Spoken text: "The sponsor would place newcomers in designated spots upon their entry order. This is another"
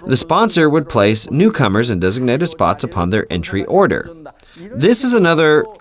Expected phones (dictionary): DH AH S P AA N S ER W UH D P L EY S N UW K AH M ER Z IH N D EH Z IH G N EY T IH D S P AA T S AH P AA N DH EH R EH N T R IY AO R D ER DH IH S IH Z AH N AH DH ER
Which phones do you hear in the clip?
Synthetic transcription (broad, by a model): DH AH S P AA N S ER W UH D P L EY S N UW K AH M ER Z IH N D EH Z IH G N EY T IH D S P AA T S AH P AA N DH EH R EH N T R IY AO R D ER DH IH S IH Z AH N AH DH ER